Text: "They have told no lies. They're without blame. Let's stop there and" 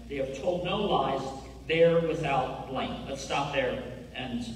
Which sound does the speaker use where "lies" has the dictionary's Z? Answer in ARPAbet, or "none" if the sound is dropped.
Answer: Z